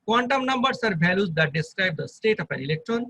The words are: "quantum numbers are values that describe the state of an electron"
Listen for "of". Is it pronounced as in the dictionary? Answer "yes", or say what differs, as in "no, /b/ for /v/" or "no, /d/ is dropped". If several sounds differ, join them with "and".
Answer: no, /p/ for /v/